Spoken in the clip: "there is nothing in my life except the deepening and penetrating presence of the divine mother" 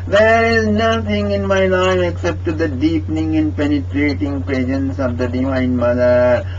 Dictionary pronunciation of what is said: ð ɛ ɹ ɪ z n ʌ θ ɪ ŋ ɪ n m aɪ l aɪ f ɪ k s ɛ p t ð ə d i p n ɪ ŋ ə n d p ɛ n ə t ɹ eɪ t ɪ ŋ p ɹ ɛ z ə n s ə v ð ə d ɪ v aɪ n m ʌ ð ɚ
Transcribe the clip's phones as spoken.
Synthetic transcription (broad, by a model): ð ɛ ɹ ɪ z n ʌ t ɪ ŋ ɪ n m aɪ l aɪ f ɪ k s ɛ p t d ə d i p n ɪ ŋ ə n d p ɛ n ə t ɹ eɪ t ɪ ŋ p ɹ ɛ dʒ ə n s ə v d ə d ɪ v aɪ n m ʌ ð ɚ